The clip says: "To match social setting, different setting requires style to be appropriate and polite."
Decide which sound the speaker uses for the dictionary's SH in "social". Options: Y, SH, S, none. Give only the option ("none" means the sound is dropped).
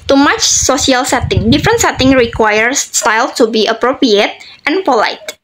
S